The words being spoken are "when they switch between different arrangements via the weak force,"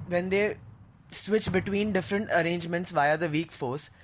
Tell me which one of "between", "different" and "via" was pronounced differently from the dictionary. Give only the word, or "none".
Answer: none